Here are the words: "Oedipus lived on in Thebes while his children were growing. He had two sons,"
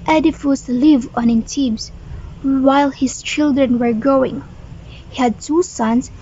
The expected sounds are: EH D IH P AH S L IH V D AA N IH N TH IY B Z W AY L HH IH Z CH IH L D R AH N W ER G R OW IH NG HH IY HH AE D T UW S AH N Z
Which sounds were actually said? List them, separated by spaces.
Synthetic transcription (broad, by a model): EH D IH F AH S L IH V AA N IH N T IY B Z W AY L HH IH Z CH IH L D R AH N W ER G OW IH NG HH IY HH AE D T UW S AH N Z